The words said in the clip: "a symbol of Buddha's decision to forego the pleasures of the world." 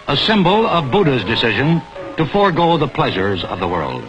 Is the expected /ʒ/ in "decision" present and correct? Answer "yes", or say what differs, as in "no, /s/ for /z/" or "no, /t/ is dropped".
yes